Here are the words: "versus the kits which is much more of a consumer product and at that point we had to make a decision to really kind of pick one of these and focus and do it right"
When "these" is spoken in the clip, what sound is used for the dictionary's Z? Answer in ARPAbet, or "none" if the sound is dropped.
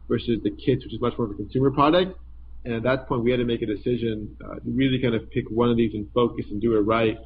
Z